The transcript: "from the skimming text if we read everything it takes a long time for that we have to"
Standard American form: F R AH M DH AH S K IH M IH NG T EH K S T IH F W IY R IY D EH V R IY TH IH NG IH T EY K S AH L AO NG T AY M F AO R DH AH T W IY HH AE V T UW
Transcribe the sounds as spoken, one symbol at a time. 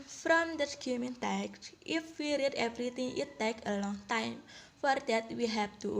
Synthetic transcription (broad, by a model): F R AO M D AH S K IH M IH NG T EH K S T IH F W IY R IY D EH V R IY T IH NG IH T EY K AH L AO NG T AY M F AO R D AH T W IY HH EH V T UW